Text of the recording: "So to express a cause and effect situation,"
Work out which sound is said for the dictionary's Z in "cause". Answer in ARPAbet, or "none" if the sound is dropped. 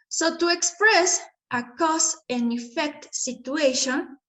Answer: S